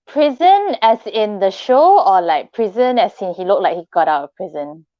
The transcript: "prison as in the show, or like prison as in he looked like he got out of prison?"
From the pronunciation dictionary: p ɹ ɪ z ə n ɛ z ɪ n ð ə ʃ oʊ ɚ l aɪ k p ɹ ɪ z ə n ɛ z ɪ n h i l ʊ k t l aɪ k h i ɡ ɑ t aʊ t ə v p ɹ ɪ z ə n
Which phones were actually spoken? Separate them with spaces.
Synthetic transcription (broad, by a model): p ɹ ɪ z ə n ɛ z ɪ n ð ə ʃ oʊ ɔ l aɪ k p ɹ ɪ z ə n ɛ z ɪ n h i l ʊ k l aɪ k h i ɡ ɑ t aʊ t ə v p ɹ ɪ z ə n